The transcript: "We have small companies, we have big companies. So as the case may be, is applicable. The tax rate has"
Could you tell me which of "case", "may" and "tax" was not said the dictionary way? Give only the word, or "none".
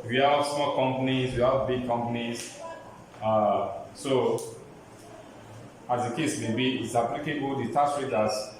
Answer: tax